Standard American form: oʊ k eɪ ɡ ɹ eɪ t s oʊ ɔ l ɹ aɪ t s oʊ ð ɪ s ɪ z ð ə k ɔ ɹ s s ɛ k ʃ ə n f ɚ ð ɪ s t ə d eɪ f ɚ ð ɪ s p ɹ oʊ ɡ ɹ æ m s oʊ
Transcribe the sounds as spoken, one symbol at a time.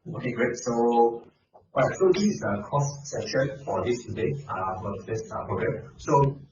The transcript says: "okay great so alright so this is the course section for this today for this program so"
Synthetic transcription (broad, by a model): oʊ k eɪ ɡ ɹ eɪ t s oʊ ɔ ɹ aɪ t s oʊ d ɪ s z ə k ɔ s s ɛ ʃ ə n f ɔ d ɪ s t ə d eɪ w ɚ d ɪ s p ɹ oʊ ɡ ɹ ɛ m s oʊ